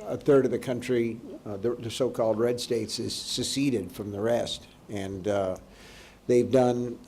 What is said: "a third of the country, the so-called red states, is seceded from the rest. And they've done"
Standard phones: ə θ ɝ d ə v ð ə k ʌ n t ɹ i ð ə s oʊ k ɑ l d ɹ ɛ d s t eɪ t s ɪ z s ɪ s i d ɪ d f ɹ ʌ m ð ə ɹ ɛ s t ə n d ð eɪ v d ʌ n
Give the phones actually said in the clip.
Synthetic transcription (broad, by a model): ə θ ɝ d ə v ð ə k ʌ n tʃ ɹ i ð ə s oʊ k ɑ l d ɹ ɛ d s t eɪ t s ɪ z s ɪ s i d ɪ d f ɹ ʌ m ð ə ɹ ɛ s t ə n ð eɪ v d ʌ n